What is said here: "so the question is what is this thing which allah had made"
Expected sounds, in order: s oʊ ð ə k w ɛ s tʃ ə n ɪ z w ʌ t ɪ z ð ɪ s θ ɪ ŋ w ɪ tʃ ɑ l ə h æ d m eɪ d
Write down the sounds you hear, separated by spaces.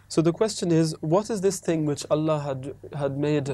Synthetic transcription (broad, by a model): s oʊ ð ə k w ɛ s tʃ ə n ɪ z w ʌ t ɪ z ð ɪ s θ ɪ ŋ w ɪ tʃ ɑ l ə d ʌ d m eɪ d